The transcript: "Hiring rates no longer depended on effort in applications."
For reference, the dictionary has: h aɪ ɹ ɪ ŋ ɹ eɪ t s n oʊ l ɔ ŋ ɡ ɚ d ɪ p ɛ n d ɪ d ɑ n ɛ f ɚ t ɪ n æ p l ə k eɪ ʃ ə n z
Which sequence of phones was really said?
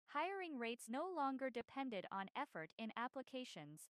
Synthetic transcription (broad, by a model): h aɪ ɹ ɪ ŋ ɹ eɪ t s n oʊ l ɔ ŋ ɡ ɚ d ɪ p ɛ n d ɪ d n ɛ f ɚ t ɪ n æ p l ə k eɪ ʃ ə n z